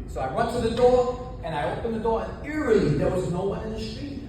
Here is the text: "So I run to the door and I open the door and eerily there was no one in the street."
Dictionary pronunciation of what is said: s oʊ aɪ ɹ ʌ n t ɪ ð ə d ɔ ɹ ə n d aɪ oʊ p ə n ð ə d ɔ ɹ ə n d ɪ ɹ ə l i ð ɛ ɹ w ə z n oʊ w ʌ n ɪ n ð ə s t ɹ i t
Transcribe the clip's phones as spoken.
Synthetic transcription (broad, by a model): s oʊ aɪ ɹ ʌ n t ɪ ð ə d ɔ ɹ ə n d aɪ oʊ p ə n ð ə d ɔ ɹ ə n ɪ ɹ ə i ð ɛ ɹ w ə z n oʊ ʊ ɪ n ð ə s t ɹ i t